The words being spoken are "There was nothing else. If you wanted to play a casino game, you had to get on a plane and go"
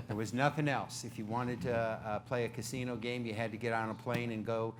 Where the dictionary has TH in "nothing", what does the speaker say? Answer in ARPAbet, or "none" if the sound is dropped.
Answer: TH